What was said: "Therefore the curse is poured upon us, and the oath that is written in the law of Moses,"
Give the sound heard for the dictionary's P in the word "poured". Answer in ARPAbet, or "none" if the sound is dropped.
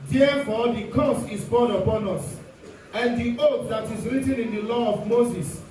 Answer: B